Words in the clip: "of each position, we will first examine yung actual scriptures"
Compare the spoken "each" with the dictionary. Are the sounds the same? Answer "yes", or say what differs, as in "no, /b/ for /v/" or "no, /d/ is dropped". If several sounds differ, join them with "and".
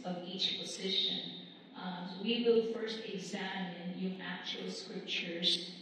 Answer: yes